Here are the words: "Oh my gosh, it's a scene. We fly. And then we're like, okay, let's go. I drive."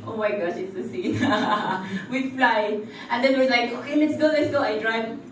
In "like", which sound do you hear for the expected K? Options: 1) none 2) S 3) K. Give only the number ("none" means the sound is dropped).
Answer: 3